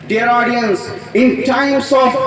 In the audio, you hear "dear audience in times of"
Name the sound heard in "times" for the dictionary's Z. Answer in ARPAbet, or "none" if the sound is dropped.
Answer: S